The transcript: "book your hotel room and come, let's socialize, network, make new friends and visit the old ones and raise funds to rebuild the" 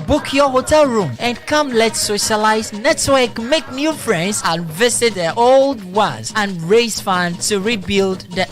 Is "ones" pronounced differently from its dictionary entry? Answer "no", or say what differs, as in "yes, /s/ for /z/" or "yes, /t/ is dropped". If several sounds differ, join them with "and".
yes, /n/ is dropped